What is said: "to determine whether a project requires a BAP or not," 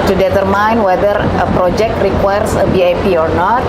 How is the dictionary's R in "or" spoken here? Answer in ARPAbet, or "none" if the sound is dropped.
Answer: R